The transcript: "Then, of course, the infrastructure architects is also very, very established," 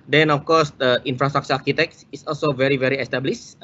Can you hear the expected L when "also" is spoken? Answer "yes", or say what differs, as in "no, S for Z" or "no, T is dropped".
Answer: yes